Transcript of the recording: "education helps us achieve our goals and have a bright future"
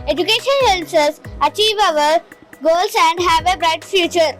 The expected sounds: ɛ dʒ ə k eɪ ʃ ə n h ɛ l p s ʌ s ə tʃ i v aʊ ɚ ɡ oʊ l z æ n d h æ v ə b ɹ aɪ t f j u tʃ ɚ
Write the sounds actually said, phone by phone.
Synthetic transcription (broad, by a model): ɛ dʒ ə k eɪ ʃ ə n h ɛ l s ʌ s ə tʃ i v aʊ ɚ ɡ oʊ l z æ n d h æ v ə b ɹ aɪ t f j u tʃ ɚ